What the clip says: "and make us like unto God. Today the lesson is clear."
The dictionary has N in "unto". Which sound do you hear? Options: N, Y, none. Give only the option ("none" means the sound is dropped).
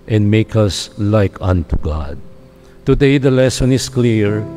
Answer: N